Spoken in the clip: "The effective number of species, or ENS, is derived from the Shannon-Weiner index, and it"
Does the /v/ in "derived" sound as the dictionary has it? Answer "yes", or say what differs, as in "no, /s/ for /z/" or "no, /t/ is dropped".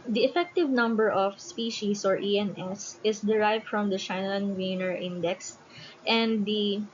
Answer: yes